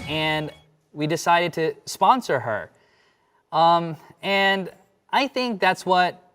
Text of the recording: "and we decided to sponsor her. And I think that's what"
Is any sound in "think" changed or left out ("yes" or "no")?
no